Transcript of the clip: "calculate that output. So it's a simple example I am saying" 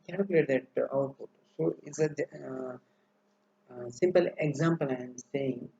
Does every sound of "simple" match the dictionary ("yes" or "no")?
yes